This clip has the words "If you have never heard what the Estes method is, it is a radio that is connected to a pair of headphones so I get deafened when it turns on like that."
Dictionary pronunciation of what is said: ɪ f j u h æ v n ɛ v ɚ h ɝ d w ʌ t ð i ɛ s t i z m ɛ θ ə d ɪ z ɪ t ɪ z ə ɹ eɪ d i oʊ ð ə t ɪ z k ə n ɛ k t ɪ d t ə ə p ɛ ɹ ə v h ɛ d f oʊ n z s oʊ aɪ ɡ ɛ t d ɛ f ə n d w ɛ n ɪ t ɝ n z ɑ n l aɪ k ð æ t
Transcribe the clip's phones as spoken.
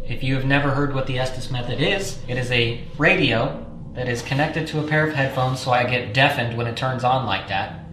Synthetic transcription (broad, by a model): ɪ f j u v n ɛ v ɚ h ɝ d w ʌ t ð i ɛ s t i s m ɛ θ ə d ɪ z ɪ t ɪ z ə ɹ eɪ d i oʊ ð ə t ɪ z k ə n ɛ k t ɪ d t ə ə p ɛ ɹ ə v h ɛ d f oʊ n z s oʊ aɪ ɡ ɛ t d ɛ f ə n d w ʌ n ɪ t ɝ n z n l aɪ k ð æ t